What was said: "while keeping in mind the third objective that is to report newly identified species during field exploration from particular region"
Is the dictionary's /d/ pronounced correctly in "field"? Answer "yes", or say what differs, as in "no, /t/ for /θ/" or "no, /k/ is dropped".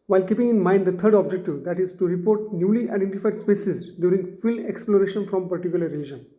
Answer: no, /d/ is dropped